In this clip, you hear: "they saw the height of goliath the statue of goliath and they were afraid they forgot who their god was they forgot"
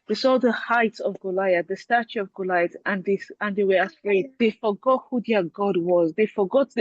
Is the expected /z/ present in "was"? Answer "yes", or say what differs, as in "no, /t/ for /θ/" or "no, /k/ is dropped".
yes